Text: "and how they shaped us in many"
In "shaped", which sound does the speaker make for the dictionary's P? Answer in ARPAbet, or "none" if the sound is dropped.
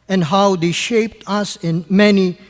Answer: P